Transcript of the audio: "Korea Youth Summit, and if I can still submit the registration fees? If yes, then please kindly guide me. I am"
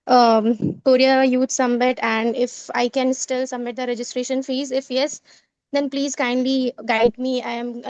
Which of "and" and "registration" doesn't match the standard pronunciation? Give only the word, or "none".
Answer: none